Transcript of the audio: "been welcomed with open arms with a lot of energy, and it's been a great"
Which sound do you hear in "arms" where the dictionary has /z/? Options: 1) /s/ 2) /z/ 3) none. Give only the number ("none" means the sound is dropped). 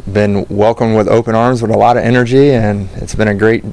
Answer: 2